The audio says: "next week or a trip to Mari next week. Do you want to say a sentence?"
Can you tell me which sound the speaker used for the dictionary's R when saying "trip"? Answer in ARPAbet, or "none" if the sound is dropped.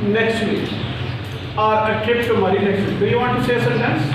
none